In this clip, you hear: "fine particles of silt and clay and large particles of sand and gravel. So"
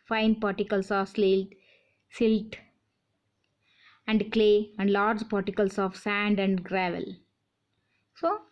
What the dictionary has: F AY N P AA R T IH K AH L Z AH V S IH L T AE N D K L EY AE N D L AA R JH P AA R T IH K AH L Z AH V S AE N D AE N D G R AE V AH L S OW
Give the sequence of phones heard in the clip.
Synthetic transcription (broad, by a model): F AY N P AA R T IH K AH L S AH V S IH L T AE N D K L EY AE N D L AA R JH P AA R T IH K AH L S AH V S AE N D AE N D G R AE V AH L S OW